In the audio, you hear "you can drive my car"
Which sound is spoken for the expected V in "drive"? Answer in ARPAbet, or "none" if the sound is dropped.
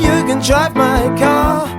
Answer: P